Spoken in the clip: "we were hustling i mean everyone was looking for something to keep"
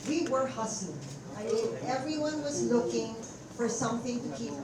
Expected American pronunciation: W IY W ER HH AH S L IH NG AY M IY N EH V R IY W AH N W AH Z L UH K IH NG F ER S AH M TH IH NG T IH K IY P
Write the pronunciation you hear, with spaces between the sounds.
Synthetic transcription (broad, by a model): W IY W ER HH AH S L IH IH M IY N EH V R IY W AH N W AH Z L UH K IH NG F ER S AH M TH IH NG T IH K IY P